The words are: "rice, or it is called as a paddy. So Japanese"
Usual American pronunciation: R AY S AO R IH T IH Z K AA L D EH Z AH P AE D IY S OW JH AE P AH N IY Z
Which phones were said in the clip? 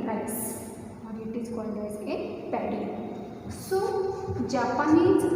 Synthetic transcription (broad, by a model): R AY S AO R IH T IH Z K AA D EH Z AH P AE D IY S OW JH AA P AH N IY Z